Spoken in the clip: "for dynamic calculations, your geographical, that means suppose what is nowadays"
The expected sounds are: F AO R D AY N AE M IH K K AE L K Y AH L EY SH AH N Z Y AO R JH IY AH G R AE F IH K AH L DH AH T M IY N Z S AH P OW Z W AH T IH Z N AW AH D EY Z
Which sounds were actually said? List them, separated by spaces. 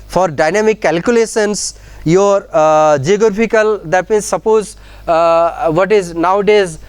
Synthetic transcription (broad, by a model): F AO R D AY N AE M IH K K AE L K Y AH L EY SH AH N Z Y AO R JH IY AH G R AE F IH K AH L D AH T M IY N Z S AH P OW Z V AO T IH Z N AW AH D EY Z